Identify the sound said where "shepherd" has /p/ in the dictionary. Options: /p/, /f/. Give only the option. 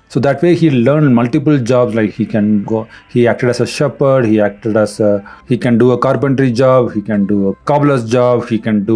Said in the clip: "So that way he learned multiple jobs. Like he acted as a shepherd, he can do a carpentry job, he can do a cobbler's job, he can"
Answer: /p/